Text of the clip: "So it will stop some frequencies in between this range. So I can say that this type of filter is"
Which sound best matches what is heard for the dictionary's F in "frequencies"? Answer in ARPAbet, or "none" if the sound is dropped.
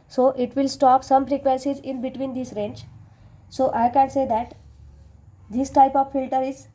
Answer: P